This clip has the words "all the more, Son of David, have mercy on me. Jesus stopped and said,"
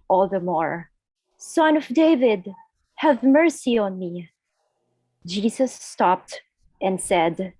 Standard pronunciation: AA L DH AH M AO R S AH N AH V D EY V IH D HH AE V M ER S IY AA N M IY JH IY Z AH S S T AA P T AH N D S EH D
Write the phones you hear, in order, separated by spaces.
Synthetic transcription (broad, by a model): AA L DH AH M AO R S AH N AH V D EY V IH D HH AE V M ER S IY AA N M IY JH IY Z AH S S T AA P T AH N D S EH D